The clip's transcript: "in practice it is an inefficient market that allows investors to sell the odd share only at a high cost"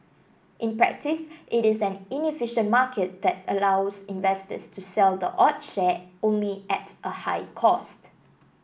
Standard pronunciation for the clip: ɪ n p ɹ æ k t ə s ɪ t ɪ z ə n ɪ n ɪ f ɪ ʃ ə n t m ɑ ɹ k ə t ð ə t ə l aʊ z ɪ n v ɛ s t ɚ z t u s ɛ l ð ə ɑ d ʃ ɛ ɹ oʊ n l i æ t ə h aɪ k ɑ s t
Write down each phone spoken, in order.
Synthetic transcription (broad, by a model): ɪ n p ɹ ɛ k t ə s ɪ t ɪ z ə n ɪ n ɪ f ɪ ʃ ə n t m ɑ k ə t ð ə t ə l aʊ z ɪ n v ɛ s t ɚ s t u s ɛ l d ə ɑ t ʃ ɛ oʊ n l i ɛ t ə h aɪ k ɑ s t